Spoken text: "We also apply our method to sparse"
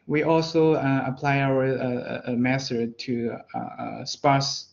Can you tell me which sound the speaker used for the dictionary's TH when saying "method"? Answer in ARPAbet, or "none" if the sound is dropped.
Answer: S